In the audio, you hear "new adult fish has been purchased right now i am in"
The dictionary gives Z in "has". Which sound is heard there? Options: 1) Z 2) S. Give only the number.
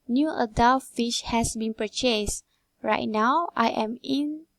2